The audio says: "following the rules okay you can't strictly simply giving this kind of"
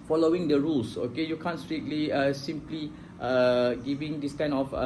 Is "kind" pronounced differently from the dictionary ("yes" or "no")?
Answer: yes